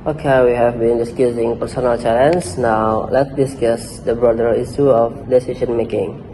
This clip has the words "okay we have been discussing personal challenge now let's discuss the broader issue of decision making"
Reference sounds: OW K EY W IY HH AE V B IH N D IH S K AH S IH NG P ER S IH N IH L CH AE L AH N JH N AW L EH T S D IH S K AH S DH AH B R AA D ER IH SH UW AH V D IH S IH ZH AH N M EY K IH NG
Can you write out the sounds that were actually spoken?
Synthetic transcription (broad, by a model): OW K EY W IY HH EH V B IH N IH S K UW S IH NG P ER S IH N IH L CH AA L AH N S N AW L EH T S D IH S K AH S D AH B R AA D ER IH S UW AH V D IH S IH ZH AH N M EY K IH NG